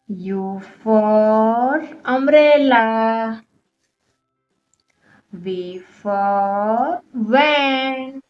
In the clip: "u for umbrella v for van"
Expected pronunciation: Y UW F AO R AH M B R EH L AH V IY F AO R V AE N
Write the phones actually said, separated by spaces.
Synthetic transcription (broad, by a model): Y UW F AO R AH M R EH L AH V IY F AO R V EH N